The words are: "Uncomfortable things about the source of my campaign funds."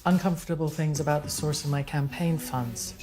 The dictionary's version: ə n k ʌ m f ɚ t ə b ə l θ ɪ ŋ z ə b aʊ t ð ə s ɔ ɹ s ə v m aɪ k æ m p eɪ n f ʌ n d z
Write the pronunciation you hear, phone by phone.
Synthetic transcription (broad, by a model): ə n k ʌ m f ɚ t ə b l θ ɪ ŋ z ə b aʊ t ð ə s ɔ ɹ s ə v m aɪ k æ m p eɪ n f ʌ n d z